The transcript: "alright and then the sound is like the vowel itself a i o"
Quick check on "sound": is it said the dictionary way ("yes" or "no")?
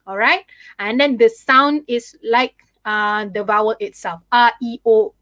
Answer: yes